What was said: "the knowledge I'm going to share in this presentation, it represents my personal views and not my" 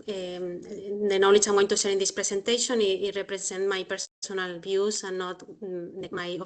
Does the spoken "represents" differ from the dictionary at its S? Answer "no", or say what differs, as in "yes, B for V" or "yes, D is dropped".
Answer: yes, S is dropped